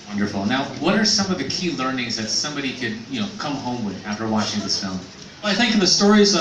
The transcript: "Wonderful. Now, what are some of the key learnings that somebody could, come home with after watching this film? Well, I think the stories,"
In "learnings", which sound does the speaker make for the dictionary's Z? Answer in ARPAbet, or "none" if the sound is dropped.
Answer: Z